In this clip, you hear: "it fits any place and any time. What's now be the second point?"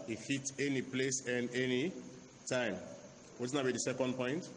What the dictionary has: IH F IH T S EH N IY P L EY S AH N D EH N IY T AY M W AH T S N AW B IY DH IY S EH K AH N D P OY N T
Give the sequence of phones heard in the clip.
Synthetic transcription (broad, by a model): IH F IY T EH N IY P L EY S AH N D EH N IY T AY M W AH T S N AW B IY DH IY S EH K AH N D P OY N T